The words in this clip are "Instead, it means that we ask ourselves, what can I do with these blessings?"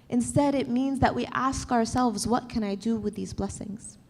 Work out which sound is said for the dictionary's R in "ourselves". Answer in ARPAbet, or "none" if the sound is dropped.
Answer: R